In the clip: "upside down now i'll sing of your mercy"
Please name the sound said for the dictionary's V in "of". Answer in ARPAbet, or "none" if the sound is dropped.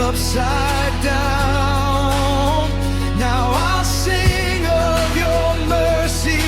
V